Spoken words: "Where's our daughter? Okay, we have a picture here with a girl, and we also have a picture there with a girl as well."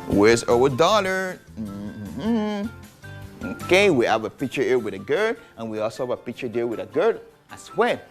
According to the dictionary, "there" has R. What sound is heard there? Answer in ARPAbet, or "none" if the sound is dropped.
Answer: L